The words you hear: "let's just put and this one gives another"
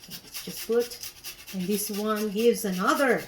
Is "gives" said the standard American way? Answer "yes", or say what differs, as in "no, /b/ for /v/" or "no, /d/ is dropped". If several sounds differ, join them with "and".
yes